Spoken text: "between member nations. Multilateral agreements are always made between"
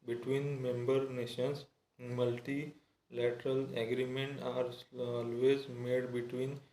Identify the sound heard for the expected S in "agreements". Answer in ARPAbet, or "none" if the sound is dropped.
none